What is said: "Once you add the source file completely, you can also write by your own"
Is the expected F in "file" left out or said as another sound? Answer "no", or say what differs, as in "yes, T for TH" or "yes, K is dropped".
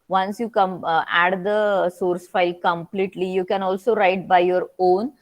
no